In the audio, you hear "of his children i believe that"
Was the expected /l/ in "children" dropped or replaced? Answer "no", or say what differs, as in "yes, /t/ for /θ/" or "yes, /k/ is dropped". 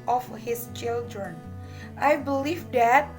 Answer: no